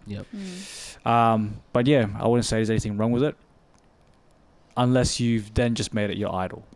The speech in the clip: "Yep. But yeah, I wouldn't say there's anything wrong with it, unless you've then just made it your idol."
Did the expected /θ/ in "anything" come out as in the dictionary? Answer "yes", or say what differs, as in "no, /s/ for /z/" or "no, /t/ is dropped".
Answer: yes